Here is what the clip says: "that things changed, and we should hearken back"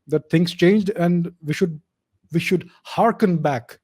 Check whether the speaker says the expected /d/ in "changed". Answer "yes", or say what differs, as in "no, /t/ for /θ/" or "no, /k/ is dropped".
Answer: yes